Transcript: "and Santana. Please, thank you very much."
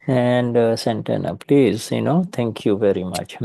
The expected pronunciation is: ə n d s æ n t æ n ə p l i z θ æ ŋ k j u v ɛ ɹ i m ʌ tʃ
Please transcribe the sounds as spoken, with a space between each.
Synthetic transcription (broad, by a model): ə n d s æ n t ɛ n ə p l i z t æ ŋ k j u v ɛ ɹ i m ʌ tʃ